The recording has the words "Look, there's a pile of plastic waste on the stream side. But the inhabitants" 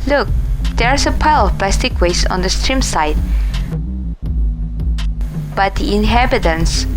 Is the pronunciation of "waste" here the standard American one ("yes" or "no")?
no